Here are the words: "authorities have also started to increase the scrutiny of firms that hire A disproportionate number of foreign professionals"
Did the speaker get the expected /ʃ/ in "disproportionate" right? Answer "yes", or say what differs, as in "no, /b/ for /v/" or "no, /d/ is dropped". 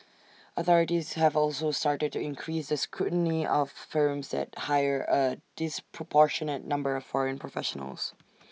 yes